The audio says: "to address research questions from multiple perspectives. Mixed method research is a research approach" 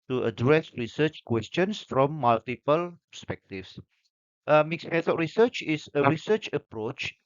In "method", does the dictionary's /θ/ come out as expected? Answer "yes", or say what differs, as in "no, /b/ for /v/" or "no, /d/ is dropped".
no, /s/ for /θ/